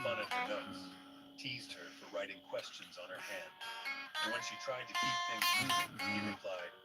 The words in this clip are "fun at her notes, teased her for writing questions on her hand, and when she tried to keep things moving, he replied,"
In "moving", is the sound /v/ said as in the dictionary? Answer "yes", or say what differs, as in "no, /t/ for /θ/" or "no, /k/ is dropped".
no, /v/ is dropped